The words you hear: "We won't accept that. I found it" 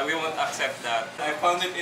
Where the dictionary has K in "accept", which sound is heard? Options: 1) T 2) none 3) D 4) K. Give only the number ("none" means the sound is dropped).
4